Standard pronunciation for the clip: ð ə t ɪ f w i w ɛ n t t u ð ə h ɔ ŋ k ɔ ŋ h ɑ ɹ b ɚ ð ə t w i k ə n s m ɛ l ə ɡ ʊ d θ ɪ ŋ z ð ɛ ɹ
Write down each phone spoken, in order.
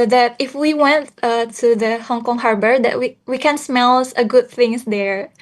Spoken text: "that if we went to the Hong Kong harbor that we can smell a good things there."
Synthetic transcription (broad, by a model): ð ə t ɪ f w i w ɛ n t t u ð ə h ɔ ŋ k ɔ ŋ h ɑ ɹ b ɚ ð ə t w i k ə n s m ɛ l ə ɡ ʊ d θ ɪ ŋ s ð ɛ ɹ